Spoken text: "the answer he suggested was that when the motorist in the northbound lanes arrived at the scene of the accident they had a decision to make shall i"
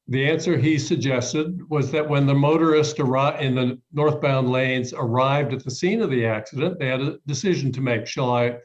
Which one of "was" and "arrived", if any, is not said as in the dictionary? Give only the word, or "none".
none